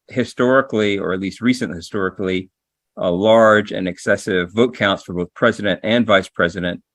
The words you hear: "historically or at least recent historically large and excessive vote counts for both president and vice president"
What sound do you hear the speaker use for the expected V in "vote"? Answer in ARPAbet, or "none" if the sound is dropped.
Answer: V